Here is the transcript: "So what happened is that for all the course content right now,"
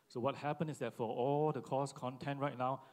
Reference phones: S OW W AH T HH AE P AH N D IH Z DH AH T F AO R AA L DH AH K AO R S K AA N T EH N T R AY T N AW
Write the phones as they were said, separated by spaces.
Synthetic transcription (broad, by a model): S OW W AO T HH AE P AH N IH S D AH T F AO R AA L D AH K AO S K AA N T EH N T R AY T N AW